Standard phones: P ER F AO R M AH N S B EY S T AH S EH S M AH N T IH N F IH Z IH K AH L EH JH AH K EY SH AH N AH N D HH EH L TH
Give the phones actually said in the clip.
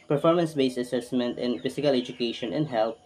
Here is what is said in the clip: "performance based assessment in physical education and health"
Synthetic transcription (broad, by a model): P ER F AO R M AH N S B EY S AH S EH S M AH N T IH N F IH S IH K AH L EH JH AH K EY SH AH N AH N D HH EH L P